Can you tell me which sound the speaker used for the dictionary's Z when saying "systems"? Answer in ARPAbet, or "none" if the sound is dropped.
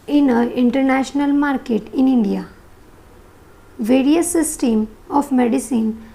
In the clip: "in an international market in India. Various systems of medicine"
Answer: none